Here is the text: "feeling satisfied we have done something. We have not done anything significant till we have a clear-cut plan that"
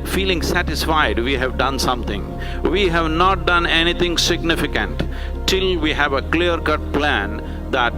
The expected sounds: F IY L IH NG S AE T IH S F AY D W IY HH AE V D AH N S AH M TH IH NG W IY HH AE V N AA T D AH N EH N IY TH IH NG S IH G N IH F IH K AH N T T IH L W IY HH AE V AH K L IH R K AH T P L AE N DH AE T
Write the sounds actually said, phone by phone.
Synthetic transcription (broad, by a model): F IY L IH NG S AE T IH S F AY D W IY HH AE V D AH N S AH M T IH NG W IY HH AE V N AA T D AH N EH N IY T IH NG S IH G N IH F IH K AH N T T IH L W IY HH AE V AH K L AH R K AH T P L AE N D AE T